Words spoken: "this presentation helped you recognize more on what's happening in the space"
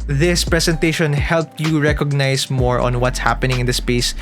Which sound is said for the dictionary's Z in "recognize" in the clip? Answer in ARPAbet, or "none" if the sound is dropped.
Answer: S